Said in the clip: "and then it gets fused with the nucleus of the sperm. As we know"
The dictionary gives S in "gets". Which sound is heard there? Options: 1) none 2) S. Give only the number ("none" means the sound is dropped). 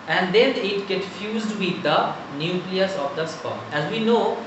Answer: 1